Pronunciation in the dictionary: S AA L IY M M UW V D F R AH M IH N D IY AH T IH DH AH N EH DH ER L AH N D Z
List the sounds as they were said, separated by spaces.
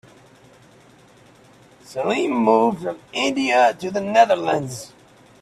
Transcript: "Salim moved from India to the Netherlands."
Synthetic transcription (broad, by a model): S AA L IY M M UW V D F R AH M IH N D IY AH T IH DH AH N EH DH ER L AH N D Z